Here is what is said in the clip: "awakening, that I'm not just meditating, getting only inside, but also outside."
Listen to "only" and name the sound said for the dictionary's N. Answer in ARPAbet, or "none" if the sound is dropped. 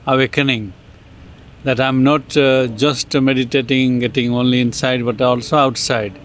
N